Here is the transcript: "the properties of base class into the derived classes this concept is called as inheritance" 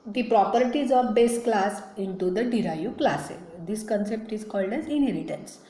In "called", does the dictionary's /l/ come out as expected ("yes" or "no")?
yes